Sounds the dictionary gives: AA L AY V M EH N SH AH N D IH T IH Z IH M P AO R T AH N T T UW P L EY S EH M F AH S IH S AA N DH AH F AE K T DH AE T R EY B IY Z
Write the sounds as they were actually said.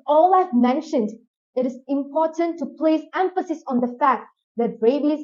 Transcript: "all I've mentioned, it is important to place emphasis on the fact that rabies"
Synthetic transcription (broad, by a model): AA L AY V M EH N SH AH N D IH T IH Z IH M P AO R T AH N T T UW P L EY S EH M F AH S IH S AA N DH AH F AE K T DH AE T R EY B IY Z